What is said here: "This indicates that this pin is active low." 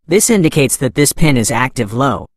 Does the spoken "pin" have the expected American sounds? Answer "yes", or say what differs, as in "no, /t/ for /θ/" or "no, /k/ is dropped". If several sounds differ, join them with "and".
yes